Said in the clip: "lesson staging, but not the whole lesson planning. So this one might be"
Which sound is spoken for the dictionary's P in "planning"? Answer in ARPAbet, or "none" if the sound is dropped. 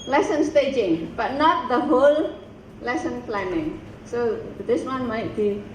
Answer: F